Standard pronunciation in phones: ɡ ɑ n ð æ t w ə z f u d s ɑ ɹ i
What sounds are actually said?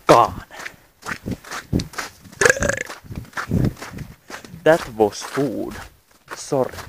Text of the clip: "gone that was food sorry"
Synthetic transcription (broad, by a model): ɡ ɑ n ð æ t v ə s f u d s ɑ ɹ